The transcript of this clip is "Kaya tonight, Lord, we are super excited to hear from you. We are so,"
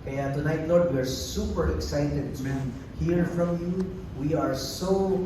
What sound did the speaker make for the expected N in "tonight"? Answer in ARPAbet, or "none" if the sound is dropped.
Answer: N